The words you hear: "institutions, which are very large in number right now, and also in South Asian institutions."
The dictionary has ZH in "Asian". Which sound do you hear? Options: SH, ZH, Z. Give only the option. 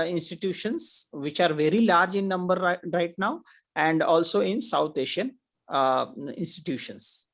SH